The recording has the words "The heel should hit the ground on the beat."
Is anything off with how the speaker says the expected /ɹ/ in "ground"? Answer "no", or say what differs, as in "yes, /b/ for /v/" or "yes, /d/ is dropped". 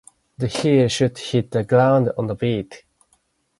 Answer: yes, /l/ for /ɹ/